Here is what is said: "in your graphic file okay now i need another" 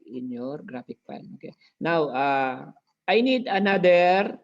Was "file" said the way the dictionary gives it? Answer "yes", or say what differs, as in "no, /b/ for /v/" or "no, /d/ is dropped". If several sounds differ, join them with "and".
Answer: no, /n/ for /l/